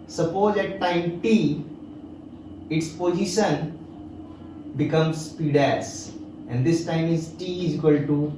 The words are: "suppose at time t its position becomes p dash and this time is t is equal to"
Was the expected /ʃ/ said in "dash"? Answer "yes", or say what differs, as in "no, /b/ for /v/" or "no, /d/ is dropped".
no, /s/ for /ʃ/